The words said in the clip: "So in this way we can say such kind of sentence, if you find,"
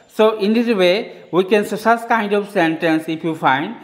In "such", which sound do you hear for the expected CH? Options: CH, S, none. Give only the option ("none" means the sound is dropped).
S